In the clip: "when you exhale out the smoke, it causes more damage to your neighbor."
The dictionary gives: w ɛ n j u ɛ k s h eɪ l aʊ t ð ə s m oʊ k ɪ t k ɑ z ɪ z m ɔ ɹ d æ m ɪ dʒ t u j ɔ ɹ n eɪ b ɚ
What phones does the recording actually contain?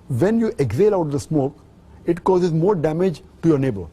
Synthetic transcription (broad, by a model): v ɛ n j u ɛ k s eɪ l aʊ t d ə s m oʊ k ɪ t k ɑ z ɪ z m ɔ ɹ d æ m ɪ dʒ t u j ɔ ɹ n eɪ b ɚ